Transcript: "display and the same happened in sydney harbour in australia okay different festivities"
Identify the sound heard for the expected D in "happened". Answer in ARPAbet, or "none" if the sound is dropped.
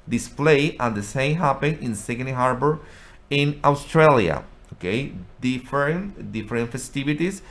none